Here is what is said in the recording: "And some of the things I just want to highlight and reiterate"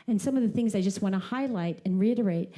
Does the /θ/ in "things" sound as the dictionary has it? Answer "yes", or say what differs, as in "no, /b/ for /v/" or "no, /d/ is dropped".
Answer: yes